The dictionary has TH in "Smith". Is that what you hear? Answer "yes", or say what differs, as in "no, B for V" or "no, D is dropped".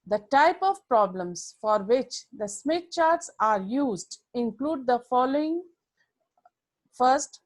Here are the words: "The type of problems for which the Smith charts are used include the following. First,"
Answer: no, T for TH